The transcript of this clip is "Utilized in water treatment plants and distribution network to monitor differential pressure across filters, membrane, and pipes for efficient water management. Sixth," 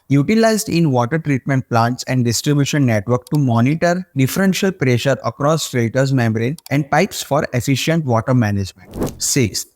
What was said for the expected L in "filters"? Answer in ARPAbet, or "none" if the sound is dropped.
none